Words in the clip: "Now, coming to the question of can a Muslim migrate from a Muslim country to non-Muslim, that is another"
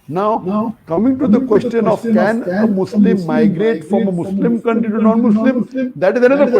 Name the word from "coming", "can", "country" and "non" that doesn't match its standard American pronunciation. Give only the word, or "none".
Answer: country